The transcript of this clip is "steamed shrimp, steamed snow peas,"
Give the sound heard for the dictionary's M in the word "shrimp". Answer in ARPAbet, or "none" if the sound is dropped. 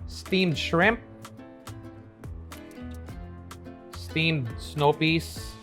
M